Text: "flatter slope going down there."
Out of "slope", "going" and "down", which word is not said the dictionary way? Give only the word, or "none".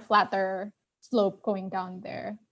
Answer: none